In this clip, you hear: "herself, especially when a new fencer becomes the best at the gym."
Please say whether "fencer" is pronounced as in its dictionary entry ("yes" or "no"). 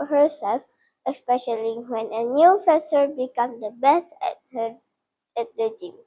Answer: no